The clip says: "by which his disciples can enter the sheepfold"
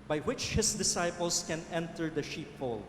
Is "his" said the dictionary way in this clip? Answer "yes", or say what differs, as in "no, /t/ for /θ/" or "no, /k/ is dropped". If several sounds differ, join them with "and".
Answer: no, /s/ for /z/